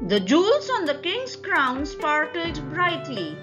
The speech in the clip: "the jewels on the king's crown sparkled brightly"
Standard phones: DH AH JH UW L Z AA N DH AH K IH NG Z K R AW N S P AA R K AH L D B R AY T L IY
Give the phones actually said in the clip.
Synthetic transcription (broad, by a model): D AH JH UW L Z AA N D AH K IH NG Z K R AW N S P AA R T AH D B R AY T L IY